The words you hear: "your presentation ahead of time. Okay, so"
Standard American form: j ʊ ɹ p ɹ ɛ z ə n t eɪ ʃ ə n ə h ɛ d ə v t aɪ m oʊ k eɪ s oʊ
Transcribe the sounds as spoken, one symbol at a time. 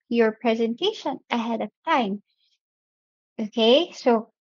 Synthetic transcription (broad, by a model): j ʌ ɹ p ɹ ɛ z ə n t eɪ ʃ ə n ə h ɛ d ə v t aɪ m oʊ k eɪ s oʊ